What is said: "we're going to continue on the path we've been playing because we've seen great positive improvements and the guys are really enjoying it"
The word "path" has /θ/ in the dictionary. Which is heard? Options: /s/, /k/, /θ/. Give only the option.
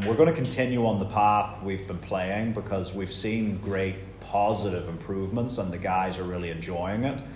/θ/